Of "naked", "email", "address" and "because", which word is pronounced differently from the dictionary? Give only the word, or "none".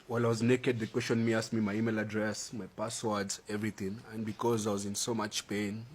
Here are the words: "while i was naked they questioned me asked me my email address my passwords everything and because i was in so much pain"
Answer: none